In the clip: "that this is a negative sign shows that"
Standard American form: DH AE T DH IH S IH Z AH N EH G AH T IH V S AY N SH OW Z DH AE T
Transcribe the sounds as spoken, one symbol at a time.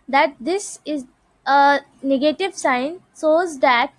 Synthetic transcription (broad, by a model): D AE T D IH S IH Z AH N EH G AH T IH V S AY N S OW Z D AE T